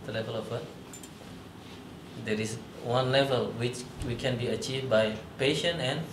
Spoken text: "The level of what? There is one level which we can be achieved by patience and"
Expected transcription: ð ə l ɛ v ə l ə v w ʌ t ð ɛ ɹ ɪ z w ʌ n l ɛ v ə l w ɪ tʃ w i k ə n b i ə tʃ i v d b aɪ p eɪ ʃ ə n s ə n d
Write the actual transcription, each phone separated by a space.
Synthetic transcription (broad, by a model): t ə l ɛ v ə l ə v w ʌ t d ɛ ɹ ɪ s w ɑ n l ɛ v ə l w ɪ tʃ w i k ə n b i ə tʃ i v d b aɪ p eɪ ʃ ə n ə n